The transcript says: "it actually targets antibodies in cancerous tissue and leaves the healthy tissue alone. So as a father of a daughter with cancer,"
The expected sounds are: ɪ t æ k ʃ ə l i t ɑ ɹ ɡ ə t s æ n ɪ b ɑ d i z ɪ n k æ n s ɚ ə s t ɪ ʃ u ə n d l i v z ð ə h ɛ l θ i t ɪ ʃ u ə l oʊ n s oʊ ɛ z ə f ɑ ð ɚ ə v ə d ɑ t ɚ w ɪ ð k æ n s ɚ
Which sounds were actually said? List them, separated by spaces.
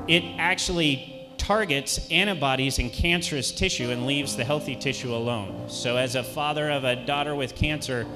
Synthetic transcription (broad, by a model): ɪ t æ k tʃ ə l i t ɑ ɹ ɡ ə t s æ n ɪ b ɑ d i z ɪ n k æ n s ɚ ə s t ɪ ʃ u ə n l i v z ð ə h ɛ l θ i t ɪ ʃ u ə l oʊ n s oʊ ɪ z ə f ɑ ð ɚ ə v ə d ɑ t ɚ w ɪ ð k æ n s ɚ